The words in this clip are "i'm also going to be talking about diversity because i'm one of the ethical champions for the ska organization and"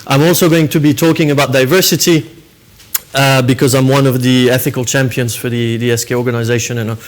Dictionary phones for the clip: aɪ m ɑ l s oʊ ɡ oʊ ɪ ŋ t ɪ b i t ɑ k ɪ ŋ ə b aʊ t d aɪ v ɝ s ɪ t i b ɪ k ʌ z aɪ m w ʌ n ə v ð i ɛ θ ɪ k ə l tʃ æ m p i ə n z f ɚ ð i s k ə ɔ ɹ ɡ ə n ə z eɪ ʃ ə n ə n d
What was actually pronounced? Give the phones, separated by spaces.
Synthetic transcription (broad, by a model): aɪ m ɑ l s oʊ ɡ oʊ ɪ ŋ t ɪ b i t ɑ k ɪ ŋ ə b aʊ t d aɪ v ɝ s ɪ t i b ɪ k ʌ z aɪ m w ʌ n ə v ð i ɛ θ ɪ k ə l tʃ æ m p i ə n z f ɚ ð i s k ə ɔ ɹ ɡ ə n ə z eɪ ʃ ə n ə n